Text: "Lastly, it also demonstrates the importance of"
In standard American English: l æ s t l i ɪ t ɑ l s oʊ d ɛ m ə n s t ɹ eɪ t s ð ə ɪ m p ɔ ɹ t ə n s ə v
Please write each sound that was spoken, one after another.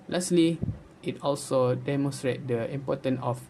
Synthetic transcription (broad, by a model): l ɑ s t l i ɪ t ɑ l s oʊ d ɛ m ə n s t ɹ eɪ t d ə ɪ m p ɔ t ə n ə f